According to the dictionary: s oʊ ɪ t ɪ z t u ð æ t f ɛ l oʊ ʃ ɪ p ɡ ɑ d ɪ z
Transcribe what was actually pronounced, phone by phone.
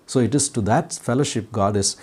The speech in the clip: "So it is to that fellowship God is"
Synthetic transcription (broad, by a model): s oʊ ɪ t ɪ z t u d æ t f ɛ l oʊ ʃ ɪ p ɡ ɑ d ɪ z